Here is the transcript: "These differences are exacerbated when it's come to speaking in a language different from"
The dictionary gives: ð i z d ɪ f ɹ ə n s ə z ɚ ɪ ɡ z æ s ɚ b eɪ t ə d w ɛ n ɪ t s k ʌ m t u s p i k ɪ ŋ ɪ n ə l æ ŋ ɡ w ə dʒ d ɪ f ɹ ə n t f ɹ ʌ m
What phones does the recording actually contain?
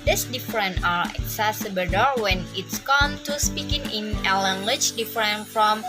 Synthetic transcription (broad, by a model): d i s d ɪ f ɹ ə n ə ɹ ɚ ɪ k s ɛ s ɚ b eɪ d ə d w ɛ n ɪ t s k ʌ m t u s p i k ɪ ŋ ɪ n ə l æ ŋ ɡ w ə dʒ d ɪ f ɹ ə n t f ɹ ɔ m